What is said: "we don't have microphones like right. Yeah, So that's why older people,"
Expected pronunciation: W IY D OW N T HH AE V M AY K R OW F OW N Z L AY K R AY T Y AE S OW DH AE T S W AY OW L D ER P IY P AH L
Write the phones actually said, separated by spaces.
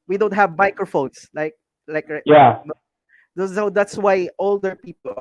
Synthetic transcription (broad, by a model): W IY D OW N T HH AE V M AY K R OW F OW N S L AY K L AY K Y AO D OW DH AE T S W AY OW L D ER P IY P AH L